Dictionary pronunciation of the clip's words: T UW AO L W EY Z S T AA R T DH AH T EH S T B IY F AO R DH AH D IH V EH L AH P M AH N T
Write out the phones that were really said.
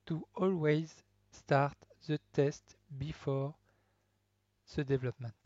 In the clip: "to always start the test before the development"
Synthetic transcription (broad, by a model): T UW AO L W EY Z S T AA R T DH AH T EH S T B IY F AO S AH D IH V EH L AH P M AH N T